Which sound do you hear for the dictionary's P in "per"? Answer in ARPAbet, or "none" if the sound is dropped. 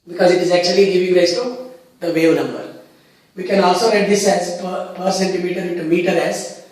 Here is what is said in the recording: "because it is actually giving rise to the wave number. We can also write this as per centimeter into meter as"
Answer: P